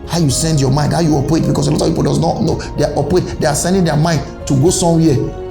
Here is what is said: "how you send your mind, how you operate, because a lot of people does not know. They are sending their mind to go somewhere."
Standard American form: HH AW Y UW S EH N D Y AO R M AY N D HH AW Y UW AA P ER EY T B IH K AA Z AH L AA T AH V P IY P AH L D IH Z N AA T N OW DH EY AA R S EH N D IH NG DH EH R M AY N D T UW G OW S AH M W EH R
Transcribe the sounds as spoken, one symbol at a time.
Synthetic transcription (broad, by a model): HH AW Y UW S EH N D Y AO M AY N D HH AW Y UW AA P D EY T B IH K AA S AH L AA T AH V P IY P AH L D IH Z N AA T N OW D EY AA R S EH N D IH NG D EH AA M AY N D T UW G OW S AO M W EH